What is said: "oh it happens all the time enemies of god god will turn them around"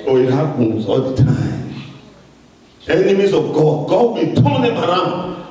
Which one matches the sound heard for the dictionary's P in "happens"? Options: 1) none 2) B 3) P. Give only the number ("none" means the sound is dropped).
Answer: 1